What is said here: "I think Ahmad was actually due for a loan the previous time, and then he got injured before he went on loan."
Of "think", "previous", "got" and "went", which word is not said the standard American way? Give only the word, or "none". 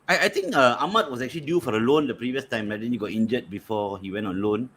think